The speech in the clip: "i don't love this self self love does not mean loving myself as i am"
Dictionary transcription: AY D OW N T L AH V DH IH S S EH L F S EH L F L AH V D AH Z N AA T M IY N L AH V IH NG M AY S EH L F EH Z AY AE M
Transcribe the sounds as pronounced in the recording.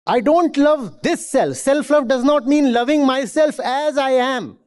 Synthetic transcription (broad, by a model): AY D OW N T L AH V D IH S S EH L F S EH L F L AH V D AH Z N AA T M IY N L AH V IH NG M AY S EH L F EH Z AY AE M